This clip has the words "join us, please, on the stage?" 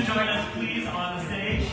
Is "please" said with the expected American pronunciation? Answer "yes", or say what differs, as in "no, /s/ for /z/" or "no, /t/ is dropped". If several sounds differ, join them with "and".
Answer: yes